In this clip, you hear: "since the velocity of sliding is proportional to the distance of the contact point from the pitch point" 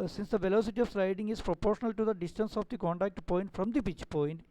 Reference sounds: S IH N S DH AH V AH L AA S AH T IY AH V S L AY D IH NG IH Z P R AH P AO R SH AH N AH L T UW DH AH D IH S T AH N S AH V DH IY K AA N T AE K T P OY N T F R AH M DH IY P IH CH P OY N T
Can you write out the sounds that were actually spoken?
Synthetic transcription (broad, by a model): S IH N S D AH V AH L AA S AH T IY AH V S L AY D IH NG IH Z P R AH P AO R SH AH N AH L T UW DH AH D IH S T AH N S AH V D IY K AA N T AE K T P OY N T F R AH M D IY B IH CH P OY N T